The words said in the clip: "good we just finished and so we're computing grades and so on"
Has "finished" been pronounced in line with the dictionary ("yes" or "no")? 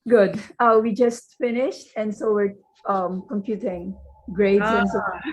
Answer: yes